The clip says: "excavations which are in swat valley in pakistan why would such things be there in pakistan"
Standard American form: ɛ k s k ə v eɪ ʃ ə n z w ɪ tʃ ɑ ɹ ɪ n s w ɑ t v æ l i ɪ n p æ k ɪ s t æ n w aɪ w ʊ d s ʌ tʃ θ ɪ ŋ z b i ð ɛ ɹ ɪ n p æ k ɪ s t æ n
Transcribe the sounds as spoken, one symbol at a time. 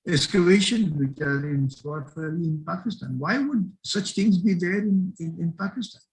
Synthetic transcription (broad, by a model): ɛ s k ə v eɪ ʃ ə n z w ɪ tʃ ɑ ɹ ɪ n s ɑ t f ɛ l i ɪ n p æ k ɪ s t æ n w aɪ w ʊ d s ʌ tʃ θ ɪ ŋ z b i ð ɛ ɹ ɪ n p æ k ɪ s t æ n